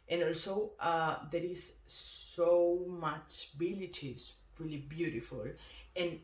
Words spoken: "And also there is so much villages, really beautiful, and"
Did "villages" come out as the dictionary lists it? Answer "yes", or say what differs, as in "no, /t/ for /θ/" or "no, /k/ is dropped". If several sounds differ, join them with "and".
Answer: no, /b/ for /v/